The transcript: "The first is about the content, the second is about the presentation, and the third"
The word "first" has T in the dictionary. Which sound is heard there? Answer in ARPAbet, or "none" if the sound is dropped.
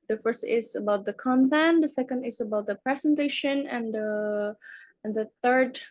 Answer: T